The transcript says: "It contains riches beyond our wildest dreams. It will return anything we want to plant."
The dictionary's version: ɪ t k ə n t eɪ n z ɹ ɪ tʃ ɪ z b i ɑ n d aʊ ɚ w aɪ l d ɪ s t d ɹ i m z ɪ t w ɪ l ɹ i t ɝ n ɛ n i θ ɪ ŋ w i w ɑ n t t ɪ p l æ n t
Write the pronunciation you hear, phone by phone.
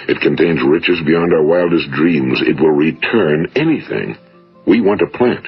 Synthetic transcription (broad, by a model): ɪ t k ə n t eɪ n z ɹ ɪ tʃ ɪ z b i ɑ n d aʊ ɚ w aɪ l d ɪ s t d ɹ i m z ɪ t w ɪ l ɹ i t ɝ n ɛ n i θ ɪ ŋ w i w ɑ n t t ɪ p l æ n t